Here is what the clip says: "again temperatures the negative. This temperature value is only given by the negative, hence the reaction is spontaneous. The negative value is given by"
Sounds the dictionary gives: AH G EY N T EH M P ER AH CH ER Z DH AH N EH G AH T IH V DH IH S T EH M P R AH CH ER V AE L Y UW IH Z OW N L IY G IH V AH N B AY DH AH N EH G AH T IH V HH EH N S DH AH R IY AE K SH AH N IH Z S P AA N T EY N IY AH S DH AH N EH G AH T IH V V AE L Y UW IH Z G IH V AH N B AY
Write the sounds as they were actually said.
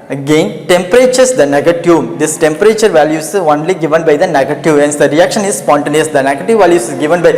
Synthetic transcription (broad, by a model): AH G EY N T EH M P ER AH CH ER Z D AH N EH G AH T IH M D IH S T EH M P R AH CH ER V AE L Y UW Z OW N L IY G IH V AH N B AY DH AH N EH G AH T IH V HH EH N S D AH R IY AE K SH AH N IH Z S P AA N T EY N IY AH S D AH N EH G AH T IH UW V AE L Y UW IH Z G IH V AH N B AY